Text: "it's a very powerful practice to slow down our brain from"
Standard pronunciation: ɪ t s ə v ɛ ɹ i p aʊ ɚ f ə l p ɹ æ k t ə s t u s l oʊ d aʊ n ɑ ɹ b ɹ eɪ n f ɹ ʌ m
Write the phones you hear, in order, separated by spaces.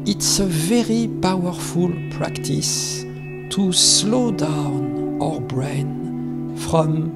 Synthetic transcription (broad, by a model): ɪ t s ə v ɛ ɹ i p aʊ ɚ f ə l p ɹ æ k t ə s t u s l oʊ d aʊ n ɑ ɹ b ɹ eɪ n f ɹ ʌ m